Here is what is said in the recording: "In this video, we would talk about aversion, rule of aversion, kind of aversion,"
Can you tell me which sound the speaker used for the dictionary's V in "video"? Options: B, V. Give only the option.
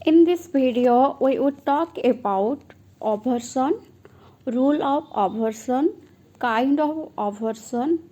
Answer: B